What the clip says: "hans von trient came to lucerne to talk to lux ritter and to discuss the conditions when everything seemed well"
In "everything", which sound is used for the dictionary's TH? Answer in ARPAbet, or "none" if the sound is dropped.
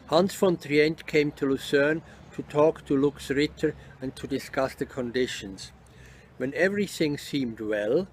TH